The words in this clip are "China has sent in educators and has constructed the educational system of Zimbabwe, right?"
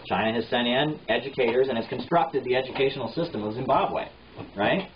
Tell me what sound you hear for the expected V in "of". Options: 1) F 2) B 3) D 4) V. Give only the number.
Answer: 4